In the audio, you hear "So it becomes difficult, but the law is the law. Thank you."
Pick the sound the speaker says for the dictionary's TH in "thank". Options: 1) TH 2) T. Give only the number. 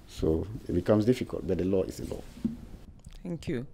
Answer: 2